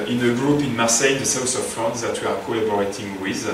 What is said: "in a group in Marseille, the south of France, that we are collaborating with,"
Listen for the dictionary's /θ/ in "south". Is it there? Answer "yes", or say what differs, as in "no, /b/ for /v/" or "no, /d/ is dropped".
no, /s/ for /θ/